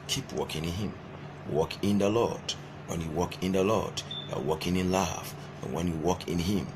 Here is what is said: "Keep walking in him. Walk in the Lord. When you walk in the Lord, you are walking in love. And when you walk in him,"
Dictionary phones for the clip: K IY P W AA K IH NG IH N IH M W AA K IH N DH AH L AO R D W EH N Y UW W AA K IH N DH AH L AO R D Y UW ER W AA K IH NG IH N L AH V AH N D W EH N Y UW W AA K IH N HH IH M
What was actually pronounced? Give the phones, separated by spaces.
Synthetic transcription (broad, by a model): K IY P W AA K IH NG IH N IH M W AA K IH N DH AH L AO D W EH N Y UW W AA K IH N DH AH L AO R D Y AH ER W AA K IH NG IH N L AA F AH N W EH N Y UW W AA K IH N HH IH M